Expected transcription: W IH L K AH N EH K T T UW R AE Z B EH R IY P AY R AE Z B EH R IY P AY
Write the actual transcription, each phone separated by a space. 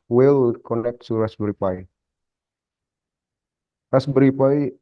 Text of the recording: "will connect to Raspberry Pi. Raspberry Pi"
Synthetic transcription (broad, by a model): W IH L K AH N EH K T S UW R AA S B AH R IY P AY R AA S B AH R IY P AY